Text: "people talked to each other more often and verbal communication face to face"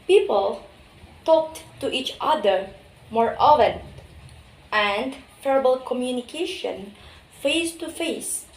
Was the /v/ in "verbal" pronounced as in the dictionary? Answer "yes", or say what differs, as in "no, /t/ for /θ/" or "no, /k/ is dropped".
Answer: no, /f/ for /v/